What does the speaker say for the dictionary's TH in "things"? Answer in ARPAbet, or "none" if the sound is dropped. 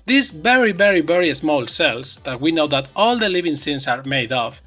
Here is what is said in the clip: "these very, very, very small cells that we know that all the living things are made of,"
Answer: S